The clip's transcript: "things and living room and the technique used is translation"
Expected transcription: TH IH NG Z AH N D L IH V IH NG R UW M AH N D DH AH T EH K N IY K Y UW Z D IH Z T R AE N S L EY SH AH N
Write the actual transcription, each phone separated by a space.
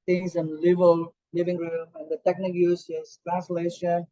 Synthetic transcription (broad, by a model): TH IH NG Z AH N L L IH V IH NG R UW M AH N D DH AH T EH K N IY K Y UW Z IH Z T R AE N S L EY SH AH N